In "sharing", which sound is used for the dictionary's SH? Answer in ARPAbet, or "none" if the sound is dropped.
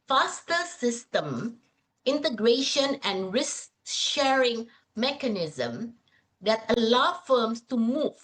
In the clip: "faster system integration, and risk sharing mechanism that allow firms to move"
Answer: SH